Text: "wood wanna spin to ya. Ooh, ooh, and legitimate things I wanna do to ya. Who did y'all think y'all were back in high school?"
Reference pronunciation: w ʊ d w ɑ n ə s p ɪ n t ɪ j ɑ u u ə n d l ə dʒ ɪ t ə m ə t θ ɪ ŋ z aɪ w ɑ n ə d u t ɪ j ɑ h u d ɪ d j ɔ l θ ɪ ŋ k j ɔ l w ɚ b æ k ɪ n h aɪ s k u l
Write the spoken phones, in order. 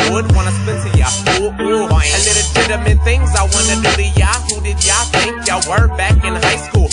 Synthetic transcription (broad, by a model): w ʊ d w ɑ n ə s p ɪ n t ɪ j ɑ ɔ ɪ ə l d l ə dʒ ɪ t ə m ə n θ ɪ ŋ z aɪ w ɑ n ə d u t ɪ j ɑ h u d ɪ d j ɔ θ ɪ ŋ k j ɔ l w ɚ b æ k ɪ n h aɪ s k u l